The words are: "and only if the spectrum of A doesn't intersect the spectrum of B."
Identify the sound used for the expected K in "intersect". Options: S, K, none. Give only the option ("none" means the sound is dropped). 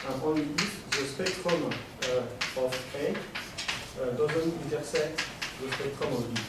none